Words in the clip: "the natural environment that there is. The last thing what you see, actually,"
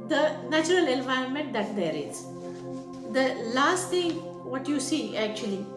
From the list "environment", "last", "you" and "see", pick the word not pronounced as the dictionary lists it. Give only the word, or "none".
none